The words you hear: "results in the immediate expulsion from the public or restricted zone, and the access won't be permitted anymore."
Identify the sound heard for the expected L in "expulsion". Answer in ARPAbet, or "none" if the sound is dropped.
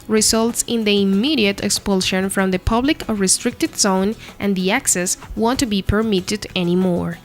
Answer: L